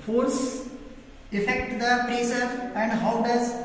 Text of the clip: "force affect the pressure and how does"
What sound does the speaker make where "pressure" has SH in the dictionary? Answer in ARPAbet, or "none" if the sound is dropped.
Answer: S